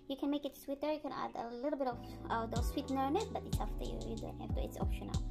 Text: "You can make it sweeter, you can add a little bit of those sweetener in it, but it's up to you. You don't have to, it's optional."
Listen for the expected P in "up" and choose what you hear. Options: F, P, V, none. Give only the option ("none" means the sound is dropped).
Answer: F